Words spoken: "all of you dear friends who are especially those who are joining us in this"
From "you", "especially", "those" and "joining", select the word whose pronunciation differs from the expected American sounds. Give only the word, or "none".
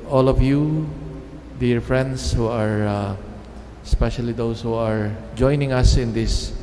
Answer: those